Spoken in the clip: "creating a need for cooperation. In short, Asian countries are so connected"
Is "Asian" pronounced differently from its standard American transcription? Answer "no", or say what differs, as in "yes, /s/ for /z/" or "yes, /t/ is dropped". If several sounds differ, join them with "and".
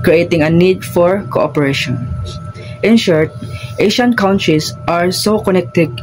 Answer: yes, /ʃ/ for /ʒ/